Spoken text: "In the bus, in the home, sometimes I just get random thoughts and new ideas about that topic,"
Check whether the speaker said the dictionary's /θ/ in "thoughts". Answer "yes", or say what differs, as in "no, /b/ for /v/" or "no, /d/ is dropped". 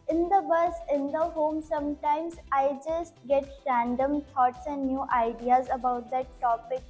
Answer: no, /t/ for /θ/